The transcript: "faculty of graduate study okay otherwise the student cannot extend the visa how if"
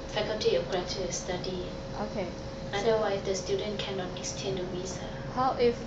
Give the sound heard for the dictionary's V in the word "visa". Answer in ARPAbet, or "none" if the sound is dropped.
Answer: W